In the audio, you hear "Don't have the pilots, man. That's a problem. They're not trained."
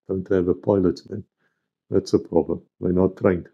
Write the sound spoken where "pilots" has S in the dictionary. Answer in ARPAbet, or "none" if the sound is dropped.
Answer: none